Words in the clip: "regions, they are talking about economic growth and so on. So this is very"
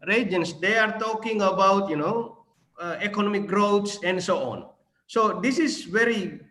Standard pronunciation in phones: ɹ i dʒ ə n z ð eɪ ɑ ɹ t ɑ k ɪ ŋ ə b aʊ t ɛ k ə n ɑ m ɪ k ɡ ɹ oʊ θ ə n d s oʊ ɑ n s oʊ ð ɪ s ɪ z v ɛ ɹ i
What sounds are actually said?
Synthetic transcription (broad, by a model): ɹ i dʒ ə n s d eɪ ɑ ɹ t ɑ k ɪ ŋ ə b aʊ t ɛ k ə n ɑ m ɪ k ɡ ɹ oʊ s ə n d s oʊ ɑ n s oʊ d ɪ s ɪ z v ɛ ɹ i